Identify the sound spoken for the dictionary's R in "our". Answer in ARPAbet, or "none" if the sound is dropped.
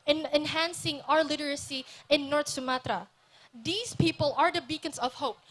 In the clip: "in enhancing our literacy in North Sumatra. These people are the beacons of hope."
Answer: R